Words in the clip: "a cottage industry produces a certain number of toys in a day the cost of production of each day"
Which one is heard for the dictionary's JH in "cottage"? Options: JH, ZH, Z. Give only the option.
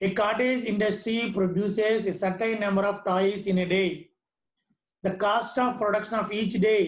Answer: Z